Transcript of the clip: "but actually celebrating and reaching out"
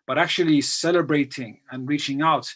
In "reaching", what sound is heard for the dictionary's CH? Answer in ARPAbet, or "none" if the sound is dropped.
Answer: CH